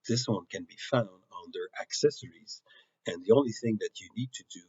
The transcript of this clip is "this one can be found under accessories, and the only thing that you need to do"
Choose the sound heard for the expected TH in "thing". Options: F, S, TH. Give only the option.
TH